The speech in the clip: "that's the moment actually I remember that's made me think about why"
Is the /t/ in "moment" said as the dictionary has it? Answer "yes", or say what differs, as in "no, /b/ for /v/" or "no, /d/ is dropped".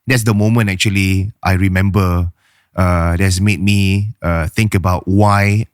no, /t/ is dropped